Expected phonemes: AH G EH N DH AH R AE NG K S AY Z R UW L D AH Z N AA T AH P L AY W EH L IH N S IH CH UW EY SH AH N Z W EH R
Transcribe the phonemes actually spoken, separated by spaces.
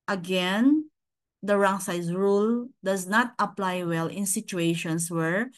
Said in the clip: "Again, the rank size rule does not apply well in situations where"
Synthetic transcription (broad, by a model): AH G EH N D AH R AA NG S AY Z R UW L D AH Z N AA T AH P L AY W EH L IH N S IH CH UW EY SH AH N S W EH R